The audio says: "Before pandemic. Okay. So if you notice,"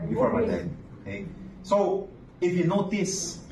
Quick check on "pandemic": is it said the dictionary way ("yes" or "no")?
no